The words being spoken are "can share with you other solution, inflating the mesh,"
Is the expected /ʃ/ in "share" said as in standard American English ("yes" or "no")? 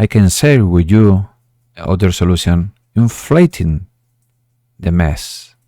no